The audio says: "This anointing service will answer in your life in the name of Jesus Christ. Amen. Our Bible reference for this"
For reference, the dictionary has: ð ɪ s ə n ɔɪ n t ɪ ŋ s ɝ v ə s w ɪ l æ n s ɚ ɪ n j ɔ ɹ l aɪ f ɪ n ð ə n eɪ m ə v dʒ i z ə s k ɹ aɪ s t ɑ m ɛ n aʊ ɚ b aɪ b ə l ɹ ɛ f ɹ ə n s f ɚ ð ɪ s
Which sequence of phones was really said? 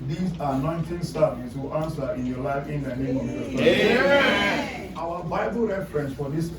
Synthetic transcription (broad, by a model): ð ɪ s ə n ɔɪ n t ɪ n s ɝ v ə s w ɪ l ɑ n s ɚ ɪ n j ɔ l aɪ f ɪ n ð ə n eɪ m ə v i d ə k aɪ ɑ aʊ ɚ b aɪ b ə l ɹ ɛ f ɹ ə n s f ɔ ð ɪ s